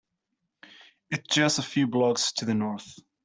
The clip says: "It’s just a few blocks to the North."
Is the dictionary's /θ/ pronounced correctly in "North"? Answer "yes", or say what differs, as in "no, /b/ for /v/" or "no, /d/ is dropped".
yes